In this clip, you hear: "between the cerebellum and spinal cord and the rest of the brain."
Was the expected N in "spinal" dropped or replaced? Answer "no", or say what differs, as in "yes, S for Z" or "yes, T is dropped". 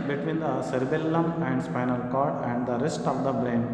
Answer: no